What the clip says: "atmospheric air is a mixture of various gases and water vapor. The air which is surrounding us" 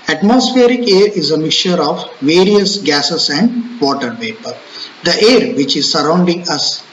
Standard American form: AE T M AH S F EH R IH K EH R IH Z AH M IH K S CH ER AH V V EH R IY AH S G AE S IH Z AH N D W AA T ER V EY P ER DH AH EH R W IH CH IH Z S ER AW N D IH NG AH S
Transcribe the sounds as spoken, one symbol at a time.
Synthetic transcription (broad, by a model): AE T M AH S F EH R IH K EH R IH Z AH M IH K CH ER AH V V EH R IY AH S G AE S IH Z AH N D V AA T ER P EY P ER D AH EH R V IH CH IH Z S ER AW N D IH NG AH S